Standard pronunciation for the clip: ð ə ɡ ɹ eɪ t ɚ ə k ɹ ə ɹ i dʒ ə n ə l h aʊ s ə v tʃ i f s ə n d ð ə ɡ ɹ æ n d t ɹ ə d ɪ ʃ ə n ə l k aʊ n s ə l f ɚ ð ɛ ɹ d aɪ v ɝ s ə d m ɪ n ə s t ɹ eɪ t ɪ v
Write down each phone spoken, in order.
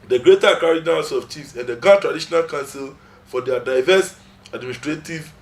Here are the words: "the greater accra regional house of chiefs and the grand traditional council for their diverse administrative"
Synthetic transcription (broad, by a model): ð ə ɡ ɹ eɪ t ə k ə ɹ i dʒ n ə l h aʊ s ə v tʃ i f s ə n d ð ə ɡ ɑ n t ɹ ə d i ʃ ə n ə l k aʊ n s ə l f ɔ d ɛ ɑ d aɪ v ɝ s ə d m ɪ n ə s t ɹ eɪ t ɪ v